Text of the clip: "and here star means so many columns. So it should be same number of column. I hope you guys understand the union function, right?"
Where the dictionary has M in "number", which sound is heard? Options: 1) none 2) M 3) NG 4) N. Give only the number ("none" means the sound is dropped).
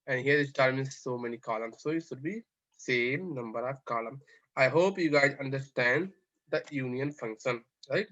2